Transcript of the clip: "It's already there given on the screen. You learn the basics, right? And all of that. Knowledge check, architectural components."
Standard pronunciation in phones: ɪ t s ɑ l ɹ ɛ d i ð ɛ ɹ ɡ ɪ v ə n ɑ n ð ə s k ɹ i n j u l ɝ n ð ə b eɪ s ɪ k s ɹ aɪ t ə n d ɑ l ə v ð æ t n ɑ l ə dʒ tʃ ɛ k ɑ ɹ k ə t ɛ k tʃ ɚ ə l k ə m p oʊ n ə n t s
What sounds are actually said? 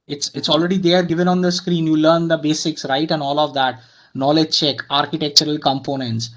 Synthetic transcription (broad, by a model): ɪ t s ɑ l ɹ ɛ d i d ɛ ɹ ɡ ɪ v ə n ɑ n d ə s k ɹ i n j u l ɝ n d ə b eɪ s ɪ k s ɹ aɪ t ə n d ɑ l ə v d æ t n ɑ l ə dʒ tʃ ɛ k ɑ ɹ k ə t ɛ k tʃ ɚ ə l k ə m p oʊ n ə n t s